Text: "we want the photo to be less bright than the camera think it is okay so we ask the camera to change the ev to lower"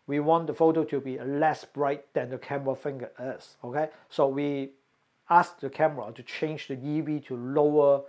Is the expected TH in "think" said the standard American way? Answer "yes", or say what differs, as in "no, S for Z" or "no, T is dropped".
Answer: no, F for TH